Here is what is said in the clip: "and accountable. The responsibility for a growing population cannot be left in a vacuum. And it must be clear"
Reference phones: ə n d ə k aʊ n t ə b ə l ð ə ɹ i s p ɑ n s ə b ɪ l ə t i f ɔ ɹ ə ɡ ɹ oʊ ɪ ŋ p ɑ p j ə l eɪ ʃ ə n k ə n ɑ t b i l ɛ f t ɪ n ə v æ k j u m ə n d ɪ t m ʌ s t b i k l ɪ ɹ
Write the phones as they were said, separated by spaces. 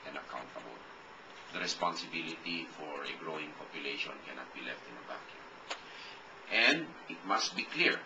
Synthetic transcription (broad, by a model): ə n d ə k aʊ n t ə b ə l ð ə ɹ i s p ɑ n s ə b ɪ l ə t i f ɔ ɹ ə ɡ ɹ oʊ ɪ ŋ p ɑ p j ə l eɪ ʃ ə n k ə n ɑ t b i l ɛ f t ɪ n ə b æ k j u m ə n d ɪ t m ʌ s t b i k l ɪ ɹ